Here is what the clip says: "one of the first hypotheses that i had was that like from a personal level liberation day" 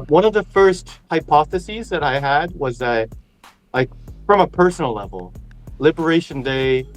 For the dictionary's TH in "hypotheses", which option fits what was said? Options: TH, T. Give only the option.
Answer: TH